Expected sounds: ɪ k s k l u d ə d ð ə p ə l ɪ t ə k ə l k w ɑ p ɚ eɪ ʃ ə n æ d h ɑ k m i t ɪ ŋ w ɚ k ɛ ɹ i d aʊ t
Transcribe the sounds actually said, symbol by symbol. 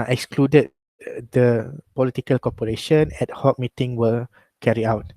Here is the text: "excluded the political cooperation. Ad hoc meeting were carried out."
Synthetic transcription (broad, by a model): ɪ k s k l u d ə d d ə p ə l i t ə k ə l k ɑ p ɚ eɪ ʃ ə n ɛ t h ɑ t m i t ɪ ŋ w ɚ k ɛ ɹ i aʊ t